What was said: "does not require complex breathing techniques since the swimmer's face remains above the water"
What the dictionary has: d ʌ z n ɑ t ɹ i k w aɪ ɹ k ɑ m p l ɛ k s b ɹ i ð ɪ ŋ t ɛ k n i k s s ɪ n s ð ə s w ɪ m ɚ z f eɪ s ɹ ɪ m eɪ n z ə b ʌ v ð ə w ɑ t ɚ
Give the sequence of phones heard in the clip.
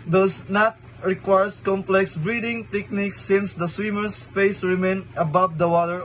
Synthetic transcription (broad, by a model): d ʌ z n ɑ t ɹ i k w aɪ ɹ k ɑ m p l ɛ k s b ɹ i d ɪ ŋ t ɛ k n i k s s ɪ n s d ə s w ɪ m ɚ s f eɪ s ɹ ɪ m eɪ n ə b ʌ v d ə w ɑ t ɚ